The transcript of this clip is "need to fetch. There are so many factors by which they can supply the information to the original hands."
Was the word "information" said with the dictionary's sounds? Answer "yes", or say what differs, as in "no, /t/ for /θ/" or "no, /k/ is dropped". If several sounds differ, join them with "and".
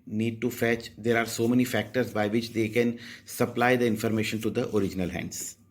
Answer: yes